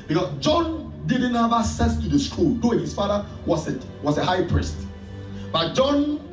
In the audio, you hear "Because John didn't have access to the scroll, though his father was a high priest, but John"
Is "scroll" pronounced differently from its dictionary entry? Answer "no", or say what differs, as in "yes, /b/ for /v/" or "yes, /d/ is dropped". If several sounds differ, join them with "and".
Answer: yes, /ɹ/ is dropped